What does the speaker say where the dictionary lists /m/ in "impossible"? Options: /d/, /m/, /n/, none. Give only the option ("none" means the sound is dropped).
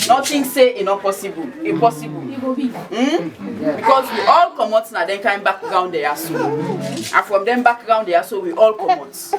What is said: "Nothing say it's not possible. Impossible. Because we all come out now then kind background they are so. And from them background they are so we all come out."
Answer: none